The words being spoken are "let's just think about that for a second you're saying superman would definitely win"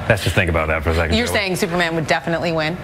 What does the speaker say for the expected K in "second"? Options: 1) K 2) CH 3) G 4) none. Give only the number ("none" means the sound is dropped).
4